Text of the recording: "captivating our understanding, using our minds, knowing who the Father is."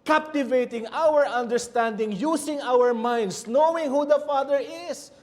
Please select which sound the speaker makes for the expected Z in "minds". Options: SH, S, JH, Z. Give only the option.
S